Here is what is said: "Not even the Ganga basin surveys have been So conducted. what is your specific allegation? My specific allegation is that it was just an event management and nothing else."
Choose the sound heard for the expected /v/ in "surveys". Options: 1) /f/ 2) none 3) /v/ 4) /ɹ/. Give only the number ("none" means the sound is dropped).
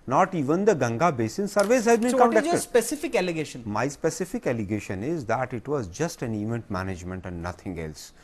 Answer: 3